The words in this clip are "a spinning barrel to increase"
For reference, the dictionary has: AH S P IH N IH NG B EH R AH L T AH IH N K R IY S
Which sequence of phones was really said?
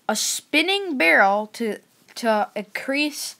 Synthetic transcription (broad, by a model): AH S P IH N IH NG B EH R L T AH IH N K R IY S